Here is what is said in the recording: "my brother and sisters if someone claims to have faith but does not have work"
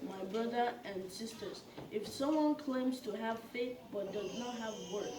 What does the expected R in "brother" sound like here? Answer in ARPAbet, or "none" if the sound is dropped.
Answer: R